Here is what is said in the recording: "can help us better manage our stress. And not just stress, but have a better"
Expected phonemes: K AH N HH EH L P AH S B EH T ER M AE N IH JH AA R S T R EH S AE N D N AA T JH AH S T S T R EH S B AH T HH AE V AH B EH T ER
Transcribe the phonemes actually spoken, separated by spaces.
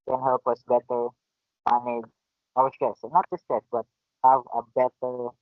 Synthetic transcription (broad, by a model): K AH N HH EH L P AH S B EH T ER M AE N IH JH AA W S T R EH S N N AA T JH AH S S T EH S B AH T HH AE V AH B EH T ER